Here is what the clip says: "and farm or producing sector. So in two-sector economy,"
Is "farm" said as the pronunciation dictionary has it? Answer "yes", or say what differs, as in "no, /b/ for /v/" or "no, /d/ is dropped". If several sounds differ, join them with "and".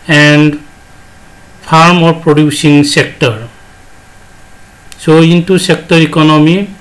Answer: no, /p/ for /f/